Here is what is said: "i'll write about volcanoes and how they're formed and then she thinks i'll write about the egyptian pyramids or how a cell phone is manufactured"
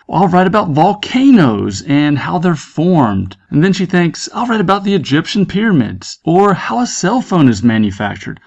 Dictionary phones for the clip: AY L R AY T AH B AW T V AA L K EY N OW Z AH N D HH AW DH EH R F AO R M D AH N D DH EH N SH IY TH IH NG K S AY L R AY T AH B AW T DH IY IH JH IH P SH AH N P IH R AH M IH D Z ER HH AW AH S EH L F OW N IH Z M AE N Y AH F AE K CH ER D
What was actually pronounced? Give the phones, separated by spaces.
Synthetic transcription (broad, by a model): AY L R AY T AH B AW T V AA L K EY N OW Z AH N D HH AW DH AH R F AO R M D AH N DH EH N SH IY TH IH NG K S AY L R AY T AH B AW T DH IY IH JH IH P SH AH N P IH R AH M IH D Z ER HH AW AH S EH L F OW N IH Z M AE N Y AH F AE K CH ER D